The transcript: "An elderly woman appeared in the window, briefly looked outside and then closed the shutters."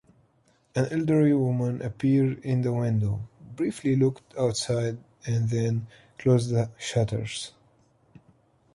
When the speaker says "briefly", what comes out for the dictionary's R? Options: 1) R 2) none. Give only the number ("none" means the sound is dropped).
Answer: 1